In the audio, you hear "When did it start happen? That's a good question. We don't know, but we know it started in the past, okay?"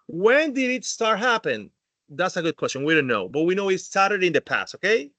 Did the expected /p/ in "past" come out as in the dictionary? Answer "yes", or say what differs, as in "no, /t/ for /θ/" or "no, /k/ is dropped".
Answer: yes